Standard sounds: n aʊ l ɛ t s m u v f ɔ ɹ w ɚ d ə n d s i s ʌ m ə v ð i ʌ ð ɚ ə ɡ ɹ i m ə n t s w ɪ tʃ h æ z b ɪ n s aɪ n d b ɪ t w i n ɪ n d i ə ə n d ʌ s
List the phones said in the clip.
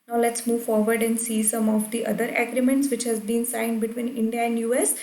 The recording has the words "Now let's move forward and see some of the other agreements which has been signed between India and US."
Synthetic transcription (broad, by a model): n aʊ l ɛ t s m u v f ɔ ɹ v ɚ d ə n d s i s ʌ m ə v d i ʌ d ɚ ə ɡ ɹ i m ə n t s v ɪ tʃ h æ z b ɪ n s aɪ n d b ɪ t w i n ɪ n d i ə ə n d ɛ s